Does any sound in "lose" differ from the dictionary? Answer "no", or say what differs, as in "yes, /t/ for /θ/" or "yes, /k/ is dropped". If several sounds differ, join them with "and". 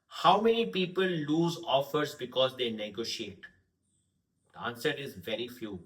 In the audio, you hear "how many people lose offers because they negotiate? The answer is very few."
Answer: no